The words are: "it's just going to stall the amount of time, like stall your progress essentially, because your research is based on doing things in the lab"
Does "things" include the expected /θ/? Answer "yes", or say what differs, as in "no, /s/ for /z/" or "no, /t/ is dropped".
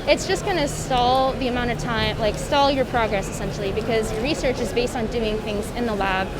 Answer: yes